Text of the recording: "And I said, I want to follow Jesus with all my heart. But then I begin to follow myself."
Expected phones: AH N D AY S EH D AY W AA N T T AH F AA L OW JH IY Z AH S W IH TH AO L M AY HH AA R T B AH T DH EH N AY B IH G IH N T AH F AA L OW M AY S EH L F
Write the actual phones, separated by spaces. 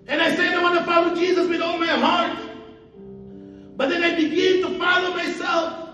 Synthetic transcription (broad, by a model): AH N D AY S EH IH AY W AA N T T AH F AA W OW JH IY Z AH S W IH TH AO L M AY HH AA R T B AH T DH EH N AY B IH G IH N T AH F AA L OW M AY S EH L F